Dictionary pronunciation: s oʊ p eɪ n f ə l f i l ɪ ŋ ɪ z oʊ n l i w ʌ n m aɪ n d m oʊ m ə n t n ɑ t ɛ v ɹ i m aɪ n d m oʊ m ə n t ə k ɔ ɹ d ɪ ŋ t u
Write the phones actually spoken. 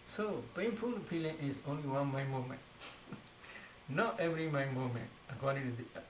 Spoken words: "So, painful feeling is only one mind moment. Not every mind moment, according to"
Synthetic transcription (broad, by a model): s oʊ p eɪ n f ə l p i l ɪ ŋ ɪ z oʊ n l i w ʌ n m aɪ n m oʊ m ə n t n ɑ t ɛ v ɹ i m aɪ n m oʊ m ə n t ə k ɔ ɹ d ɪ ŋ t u